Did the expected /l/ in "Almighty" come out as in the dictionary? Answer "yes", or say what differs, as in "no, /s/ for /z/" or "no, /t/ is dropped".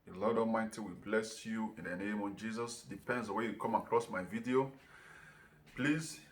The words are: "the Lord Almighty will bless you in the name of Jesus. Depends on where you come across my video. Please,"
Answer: no, /l/ is dropped